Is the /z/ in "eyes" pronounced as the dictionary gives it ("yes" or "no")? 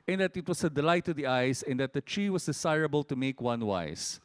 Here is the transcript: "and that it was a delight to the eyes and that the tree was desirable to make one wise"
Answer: no